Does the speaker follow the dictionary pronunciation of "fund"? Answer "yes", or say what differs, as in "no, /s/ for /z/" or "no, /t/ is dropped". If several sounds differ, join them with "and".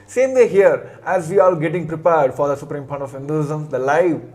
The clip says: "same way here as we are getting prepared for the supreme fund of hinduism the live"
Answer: no, /p/ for /f/